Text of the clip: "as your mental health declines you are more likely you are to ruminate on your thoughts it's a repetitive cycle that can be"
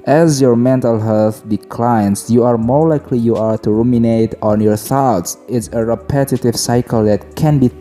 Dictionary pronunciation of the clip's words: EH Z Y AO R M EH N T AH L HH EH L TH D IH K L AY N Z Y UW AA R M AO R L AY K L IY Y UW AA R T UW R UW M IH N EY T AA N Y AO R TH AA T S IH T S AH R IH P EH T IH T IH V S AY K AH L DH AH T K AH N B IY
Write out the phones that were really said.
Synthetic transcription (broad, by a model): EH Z Y AO R M EH N T AH L HH EH L TH D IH K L AY N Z Y UW AA R M AO R L AY K L IY Y UW AA R T UW R UW M IH N EY T AA N Y AO R TH AA T S IH T S AH R IH P EH T IH T IH V S AY K AH L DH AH T K AH N B IY